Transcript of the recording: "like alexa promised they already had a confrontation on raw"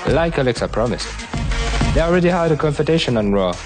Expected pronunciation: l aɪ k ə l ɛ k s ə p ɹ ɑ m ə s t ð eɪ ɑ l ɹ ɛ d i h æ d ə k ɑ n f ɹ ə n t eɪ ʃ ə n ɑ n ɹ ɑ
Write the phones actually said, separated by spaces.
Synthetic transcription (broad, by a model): l aɪ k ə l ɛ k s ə p ɹ ɑ m ə s t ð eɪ ɑ l ɹ ɛ d i h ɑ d ə k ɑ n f ə t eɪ ʃ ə n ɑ n ɹ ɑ